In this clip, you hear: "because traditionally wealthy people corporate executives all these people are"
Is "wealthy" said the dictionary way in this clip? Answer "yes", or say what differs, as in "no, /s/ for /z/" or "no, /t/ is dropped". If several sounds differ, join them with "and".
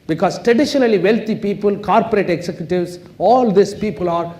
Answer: no, /t/ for /θ/